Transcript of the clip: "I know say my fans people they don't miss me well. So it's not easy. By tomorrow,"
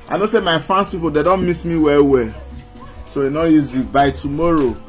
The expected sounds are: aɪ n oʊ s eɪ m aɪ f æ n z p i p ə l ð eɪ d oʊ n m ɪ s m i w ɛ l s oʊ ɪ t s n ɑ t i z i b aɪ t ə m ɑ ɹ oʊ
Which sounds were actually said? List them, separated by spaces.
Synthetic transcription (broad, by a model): aɪ n oʊ s eɪ m aɪ f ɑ n s p i p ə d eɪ d oʊ n m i s m i w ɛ w s oʊ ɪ n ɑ i z i b aɪ t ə m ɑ ɹ oʊ